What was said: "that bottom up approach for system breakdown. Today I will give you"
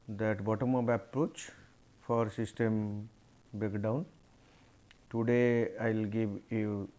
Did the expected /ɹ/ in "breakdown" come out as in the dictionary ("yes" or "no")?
no